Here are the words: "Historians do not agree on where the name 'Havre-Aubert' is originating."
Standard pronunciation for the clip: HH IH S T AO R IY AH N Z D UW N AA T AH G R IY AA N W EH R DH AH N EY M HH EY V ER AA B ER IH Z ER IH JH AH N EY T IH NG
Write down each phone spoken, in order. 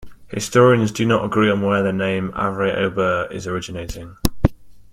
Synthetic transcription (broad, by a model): HH IH S T AO R IY AH N Z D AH N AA T AH G R IY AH N W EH DH AH N EY M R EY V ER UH B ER IH Z ER IH JH AH N EY T IH NG